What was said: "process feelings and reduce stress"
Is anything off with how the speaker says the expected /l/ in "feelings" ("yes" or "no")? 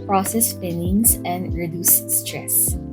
yes